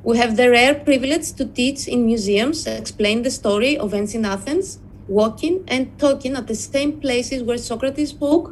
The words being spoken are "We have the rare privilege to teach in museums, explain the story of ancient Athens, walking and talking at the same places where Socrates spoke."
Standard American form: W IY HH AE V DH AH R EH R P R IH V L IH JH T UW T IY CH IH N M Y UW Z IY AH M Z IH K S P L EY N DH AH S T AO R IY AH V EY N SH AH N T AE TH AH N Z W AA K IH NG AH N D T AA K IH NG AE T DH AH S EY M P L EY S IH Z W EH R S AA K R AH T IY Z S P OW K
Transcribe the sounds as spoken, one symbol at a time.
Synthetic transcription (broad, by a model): W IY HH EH V DH AH R EH R P R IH V L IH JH T UW T IY CH IH N M Y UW Z IY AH M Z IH K S P L EY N DH AH S T AO R IY AH V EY N S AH N AA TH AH N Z W AA K IH NG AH N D T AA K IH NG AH T DH AH S EY M P L EY S IH Z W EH R S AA K R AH T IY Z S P OW K